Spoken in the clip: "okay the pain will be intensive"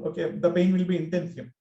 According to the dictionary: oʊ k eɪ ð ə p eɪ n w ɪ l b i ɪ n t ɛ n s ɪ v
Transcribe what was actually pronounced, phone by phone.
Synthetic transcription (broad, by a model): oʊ k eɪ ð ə b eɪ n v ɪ l b i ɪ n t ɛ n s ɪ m